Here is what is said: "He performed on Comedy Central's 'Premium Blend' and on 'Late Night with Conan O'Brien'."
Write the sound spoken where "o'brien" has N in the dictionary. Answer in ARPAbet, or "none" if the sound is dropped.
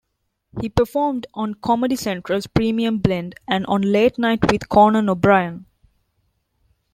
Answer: N